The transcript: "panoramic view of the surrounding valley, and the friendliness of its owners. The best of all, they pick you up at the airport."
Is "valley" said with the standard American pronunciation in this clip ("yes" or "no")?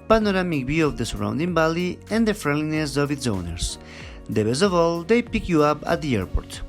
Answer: no